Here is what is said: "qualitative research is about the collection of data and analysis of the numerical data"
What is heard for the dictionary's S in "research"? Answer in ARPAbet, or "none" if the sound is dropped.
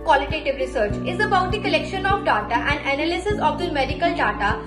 S